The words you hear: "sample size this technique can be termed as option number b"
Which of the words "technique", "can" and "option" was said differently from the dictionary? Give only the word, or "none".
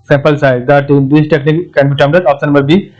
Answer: option